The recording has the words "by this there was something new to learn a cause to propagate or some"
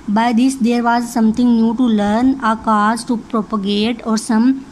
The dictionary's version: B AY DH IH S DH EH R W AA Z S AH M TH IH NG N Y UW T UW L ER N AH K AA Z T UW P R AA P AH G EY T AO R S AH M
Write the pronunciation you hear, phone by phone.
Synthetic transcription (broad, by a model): B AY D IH S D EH R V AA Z S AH M T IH NG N Y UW T UW L ER N AH K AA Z T UW P R AA P AH G EY T AO R S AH M